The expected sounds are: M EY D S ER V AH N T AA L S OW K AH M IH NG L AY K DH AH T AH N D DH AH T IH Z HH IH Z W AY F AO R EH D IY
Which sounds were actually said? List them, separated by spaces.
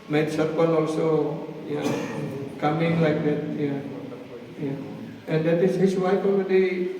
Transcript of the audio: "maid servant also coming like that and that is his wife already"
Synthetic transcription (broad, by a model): M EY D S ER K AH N AA L S OW K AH M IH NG L AY K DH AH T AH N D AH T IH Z HH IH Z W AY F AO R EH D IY